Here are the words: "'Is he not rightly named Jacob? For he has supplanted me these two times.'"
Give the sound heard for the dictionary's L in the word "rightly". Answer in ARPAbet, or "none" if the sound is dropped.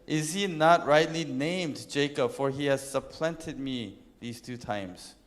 L